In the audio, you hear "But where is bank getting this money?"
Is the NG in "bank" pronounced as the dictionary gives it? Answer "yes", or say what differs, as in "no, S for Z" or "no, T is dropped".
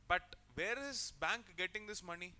yes